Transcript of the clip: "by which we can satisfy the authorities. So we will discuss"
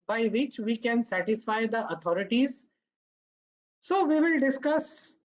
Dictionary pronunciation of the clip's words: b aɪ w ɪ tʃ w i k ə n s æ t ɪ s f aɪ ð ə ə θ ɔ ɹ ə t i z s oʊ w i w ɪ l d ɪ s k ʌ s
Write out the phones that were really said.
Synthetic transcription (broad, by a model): b aɪ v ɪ tʃ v i k ə n s æ t ɪ s f aɪ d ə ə t ɔ ɹ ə t i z s oʊ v i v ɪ l d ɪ s k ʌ s